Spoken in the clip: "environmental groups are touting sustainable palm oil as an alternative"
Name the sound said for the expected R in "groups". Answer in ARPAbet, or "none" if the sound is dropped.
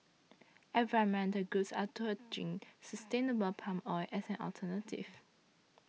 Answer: none